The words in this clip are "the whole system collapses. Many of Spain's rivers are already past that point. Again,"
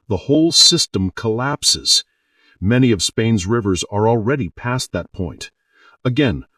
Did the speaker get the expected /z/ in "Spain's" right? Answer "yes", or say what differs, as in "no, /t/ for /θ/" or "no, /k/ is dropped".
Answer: yes